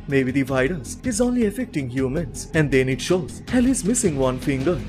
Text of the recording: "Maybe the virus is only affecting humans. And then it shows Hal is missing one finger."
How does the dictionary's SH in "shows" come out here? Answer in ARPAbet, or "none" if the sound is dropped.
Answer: SH